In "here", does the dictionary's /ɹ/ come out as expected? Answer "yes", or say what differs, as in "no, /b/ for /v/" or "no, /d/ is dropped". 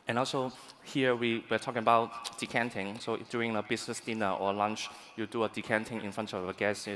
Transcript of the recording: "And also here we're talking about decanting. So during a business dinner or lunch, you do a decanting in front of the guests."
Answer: no, /w/ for /ɹ/